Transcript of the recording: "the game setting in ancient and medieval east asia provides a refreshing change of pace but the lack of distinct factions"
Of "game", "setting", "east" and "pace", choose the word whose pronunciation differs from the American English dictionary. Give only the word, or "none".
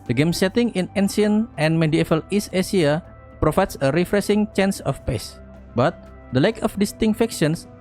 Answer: east